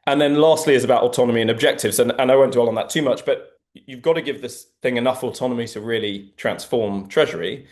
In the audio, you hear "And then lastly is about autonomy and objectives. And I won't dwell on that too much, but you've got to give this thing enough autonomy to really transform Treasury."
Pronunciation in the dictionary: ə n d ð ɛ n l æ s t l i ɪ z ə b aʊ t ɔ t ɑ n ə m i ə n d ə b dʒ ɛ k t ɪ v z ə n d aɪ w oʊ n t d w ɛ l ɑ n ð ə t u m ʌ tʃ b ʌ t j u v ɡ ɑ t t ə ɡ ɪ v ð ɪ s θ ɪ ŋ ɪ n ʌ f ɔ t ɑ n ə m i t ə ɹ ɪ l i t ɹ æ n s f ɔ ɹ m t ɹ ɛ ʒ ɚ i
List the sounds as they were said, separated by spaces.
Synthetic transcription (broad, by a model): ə n ð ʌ n l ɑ s t l i ɪ z ə b aʊ t ɔ t ɑ n ə m i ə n ə b dʒ ɛ k t ɪ v z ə n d aɪ w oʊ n d w ɛ l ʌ n ð ə t u m ʌ tʃ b ʌ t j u v ɡ ɑ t t ə ɡ ɪ v ð ɪ s θ ɪ ŋ ɪ n ʌ f ɔ t ɑ n ə m i t ə ɹ ɪ l i t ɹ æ n s f ɔ m t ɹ ɛ ʒ ɚ i